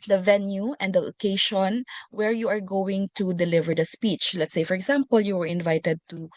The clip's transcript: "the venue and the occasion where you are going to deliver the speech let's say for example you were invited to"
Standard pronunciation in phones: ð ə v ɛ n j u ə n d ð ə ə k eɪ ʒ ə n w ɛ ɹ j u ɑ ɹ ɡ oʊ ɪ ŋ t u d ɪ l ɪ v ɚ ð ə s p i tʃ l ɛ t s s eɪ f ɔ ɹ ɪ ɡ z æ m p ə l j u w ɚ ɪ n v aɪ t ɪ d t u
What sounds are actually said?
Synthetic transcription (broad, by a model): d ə v ɛ n j u ə n d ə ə k eɪ ʃ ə n w ɛ ɹ j u ɑ ɹ ɡ oʊ ɪ ŋ t u d ɪ l ɪ v ɚ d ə s p i tʃ l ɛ t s s eɪ f ɔ ɹ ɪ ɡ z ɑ m p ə l j u w ɚ ɪ n v aɪ t ɪ d t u